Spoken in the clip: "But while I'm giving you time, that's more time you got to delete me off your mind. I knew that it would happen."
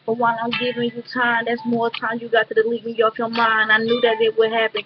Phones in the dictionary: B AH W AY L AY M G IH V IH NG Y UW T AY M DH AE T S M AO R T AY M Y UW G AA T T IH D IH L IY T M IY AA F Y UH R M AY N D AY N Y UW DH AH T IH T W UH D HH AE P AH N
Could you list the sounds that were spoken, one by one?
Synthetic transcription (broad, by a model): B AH W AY N AY M G IH V IH NG Y UW T AY M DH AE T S M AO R T AY M Y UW G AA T T IH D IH L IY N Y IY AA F Y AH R M AY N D AY N Y UW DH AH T IH T W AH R HH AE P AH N